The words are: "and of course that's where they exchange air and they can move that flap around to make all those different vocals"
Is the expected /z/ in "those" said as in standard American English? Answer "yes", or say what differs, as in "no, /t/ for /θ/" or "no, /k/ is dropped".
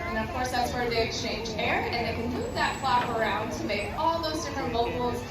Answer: yes